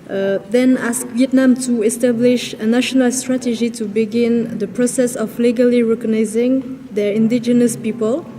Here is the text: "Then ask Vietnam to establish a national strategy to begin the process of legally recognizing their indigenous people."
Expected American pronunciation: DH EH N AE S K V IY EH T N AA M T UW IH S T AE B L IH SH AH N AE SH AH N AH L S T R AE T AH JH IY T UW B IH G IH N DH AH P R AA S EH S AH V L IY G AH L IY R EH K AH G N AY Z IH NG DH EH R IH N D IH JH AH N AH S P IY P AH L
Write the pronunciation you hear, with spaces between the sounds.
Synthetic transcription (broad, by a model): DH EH N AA S K V IY EH T N AA M T UW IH S T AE B L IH SH AH N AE SH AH N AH L S T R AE T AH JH IY T UW B IH G IH N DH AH P R AA S EH S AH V L IY G AH L IY R EH K AH G N AY Z IH NG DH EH R IH N D IH JH AH N AH S P IY P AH L